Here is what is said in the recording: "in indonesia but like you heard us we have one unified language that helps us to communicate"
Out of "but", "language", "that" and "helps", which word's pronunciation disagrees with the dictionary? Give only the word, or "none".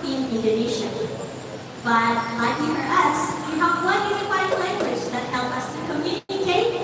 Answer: helps